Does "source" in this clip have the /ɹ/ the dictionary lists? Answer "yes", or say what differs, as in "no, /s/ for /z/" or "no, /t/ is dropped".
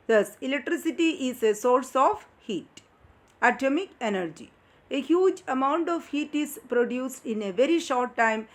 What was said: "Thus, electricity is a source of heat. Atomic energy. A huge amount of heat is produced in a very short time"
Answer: yes